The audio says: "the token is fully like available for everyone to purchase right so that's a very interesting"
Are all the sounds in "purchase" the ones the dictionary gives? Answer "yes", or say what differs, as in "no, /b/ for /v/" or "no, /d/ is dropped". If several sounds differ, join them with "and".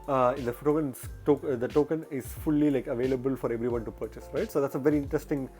yes